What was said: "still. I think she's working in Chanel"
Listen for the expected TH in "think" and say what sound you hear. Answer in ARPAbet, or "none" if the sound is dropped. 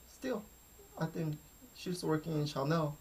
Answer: TH